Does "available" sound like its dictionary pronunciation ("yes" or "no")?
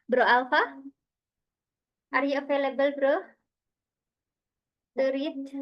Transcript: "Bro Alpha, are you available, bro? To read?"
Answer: no